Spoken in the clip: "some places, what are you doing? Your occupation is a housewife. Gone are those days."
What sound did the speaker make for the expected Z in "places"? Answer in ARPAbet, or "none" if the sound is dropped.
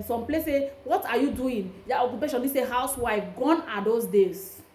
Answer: none